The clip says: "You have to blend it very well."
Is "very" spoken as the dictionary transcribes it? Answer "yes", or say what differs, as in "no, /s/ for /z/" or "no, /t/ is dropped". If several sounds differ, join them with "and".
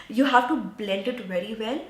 yes